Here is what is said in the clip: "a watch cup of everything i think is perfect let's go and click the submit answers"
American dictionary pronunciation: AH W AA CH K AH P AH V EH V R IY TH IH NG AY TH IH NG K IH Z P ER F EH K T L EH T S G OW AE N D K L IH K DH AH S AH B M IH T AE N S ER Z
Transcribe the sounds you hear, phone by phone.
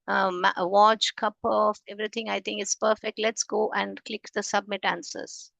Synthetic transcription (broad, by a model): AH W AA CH K AH P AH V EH V R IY T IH NG AY T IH NG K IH S P ER F EH K T L EH T S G OW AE N D K L IH K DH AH S AH B M IH T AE N S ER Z